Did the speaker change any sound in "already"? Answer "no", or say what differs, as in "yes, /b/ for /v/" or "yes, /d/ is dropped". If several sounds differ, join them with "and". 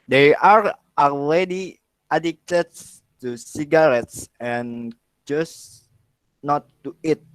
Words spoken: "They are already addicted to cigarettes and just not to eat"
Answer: yes, /l/ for /ɹ/